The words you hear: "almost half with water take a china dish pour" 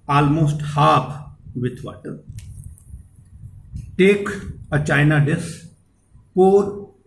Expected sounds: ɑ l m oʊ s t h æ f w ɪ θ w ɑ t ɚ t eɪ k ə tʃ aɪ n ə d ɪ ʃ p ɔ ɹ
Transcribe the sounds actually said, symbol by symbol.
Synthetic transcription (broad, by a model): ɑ l m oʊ s t h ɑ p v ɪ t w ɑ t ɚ t eɪ k ə tʃ aɪ n ə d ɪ s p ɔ ɹ